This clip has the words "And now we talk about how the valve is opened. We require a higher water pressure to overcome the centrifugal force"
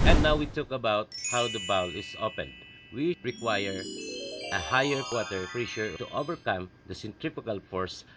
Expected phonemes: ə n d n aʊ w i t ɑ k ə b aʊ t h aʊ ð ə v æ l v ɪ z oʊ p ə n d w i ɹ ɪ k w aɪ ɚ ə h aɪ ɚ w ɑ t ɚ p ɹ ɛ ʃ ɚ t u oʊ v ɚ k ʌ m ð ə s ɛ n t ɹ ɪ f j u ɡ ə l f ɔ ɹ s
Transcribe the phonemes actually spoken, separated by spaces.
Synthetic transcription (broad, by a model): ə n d n aʊ w i t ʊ k ə b aʊ t h aʊ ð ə b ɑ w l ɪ s oʊ p ə n d w i ɹ ɪ k w aɪ ɚ ə h aɪ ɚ w ɑ t ɚ f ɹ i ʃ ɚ t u oʊ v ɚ k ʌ m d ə s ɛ n t ɹ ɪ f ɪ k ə l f ɔ ɹ s